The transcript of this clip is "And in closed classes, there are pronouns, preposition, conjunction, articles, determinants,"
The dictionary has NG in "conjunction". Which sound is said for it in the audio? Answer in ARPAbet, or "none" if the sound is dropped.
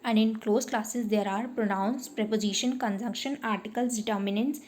NG